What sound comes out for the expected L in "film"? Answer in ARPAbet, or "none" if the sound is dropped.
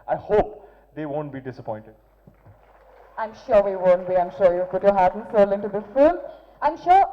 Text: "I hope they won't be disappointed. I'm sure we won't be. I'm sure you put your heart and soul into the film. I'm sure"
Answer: none